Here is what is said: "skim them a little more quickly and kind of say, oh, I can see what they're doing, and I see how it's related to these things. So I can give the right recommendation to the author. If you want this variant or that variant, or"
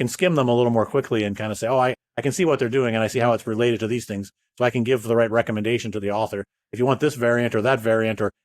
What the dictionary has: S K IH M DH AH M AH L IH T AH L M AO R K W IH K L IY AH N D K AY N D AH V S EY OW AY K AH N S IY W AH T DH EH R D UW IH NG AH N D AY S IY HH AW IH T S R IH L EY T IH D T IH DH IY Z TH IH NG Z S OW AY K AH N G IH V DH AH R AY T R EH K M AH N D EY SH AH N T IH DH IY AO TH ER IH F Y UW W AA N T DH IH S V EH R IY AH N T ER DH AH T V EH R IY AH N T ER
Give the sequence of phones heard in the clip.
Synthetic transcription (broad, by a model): S K IH M DH AH M AH L IH T L M AO R K W IH K L IY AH N K AY N D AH S EY OW AY K AH N S IY W AH T DH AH R D UW IH NG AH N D AY S IY HH AW IH T S R IH L EY T IH D T IH DH IY Z TH IH NG Z S OW AY K AH N G IH V DH AH R AY T R EH K M AH N D EY SH AH N T IH DH IY AO TH ER IH F Y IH W AA N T DH IH S V EH R IY AH N T ER DH AH T V EH R IY AH N T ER